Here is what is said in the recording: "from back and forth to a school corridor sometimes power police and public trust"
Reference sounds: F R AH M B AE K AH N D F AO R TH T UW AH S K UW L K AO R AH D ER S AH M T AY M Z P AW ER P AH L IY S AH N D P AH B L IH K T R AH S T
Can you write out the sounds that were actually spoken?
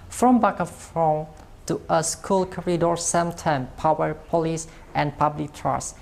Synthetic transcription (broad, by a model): F R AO M B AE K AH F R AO T UW AH S K UW L K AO R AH D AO S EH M T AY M P AW ER P AH L IY S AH N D P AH B L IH K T R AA S